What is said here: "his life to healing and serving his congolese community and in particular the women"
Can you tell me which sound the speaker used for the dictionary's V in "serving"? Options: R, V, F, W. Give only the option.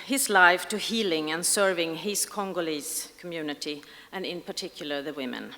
V